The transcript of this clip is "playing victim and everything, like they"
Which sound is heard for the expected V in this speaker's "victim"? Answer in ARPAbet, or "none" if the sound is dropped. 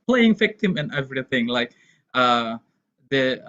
F